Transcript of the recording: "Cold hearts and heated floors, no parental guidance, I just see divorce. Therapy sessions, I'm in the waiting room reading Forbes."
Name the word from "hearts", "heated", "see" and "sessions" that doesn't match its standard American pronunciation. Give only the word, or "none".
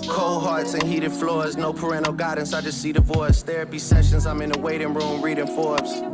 none